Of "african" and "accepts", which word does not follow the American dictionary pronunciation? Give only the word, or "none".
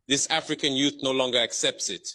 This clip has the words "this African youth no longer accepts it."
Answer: none